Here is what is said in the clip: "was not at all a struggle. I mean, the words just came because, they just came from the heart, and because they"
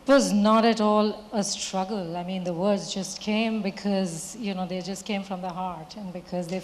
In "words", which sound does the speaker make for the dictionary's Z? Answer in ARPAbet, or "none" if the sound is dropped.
Z